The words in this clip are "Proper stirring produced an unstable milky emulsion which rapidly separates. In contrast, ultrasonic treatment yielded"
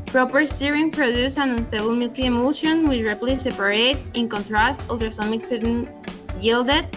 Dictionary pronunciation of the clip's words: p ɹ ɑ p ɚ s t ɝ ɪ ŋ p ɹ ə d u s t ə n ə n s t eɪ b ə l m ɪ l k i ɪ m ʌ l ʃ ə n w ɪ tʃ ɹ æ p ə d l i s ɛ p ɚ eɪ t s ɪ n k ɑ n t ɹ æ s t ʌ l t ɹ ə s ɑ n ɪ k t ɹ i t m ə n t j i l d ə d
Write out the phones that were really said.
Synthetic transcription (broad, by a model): p ɹ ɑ p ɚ s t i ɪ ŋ p ɹ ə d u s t ə n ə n s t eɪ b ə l m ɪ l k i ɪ m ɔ ʃ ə n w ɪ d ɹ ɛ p l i s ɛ p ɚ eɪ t ɪ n k ɑ n t ɹ æ s t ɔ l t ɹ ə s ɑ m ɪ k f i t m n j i l d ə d